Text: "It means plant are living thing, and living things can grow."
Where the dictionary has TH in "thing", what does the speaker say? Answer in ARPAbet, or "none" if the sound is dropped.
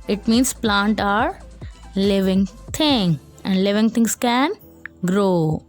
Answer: T